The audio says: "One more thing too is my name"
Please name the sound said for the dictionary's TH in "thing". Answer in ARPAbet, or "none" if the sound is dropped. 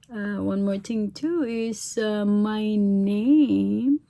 T